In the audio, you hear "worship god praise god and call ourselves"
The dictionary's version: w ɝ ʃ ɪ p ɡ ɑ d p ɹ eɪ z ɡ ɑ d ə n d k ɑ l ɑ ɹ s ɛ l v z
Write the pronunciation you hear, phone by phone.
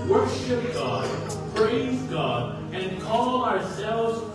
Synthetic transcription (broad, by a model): w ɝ ʃ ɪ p ɡ ɑ d p ɹ eɪ z ɡ ɑ d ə n k ɑ l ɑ ɹ s ɛ l v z